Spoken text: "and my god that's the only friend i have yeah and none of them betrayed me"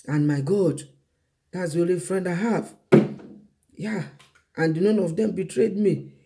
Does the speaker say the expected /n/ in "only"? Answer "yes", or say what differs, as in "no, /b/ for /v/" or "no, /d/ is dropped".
no, /n/ is dropped